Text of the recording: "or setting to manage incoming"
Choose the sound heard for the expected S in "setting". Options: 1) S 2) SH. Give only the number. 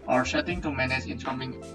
2